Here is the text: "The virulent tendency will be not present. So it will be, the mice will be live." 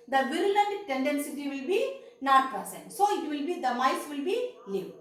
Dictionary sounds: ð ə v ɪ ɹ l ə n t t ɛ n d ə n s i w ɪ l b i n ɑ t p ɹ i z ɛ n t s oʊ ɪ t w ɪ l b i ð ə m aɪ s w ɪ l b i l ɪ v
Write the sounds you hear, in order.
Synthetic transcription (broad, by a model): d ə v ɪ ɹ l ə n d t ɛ n d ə n s i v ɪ l b i n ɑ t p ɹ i s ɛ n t s oʊ ɪ t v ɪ l b i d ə m aɪ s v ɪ l b i l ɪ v